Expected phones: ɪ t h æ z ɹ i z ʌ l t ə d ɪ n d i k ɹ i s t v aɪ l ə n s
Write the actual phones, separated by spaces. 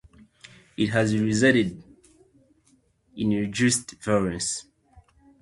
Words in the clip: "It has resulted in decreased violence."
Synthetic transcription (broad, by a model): ɪ t h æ z ɹ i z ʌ t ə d ɪ n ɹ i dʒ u s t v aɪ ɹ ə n s